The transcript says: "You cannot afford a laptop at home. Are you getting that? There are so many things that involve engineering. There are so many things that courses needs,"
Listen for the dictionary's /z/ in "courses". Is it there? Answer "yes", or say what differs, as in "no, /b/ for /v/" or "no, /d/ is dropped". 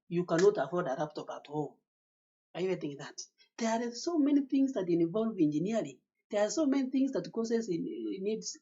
no, /z/ is dropped